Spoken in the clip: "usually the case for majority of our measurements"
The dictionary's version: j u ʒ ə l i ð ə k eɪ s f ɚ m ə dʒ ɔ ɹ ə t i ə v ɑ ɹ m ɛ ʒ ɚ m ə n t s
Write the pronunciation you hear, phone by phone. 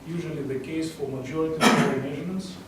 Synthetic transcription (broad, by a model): j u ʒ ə l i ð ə k eɪ s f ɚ m ə dʒ ɔ ɹ ə t i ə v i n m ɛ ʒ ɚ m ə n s